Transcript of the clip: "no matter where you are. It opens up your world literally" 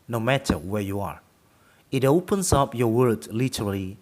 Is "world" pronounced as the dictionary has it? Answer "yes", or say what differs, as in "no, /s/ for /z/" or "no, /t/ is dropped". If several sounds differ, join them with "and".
no, /l/ is dropped